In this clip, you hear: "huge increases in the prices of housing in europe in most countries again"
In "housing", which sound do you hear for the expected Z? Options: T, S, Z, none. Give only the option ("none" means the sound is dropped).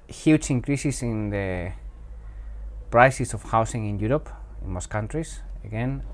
S